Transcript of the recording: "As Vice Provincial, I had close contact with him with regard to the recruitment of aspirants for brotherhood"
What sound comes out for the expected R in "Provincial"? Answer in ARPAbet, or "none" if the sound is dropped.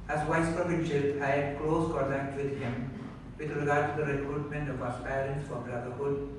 none